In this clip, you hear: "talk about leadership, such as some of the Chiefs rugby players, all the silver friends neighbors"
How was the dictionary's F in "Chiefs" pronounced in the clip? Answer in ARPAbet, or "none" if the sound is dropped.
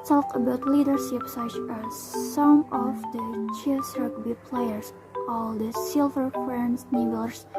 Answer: none